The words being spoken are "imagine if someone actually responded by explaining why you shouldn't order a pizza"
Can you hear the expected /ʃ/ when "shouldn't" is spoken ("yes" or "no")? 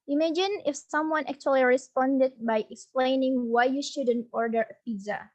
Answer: yes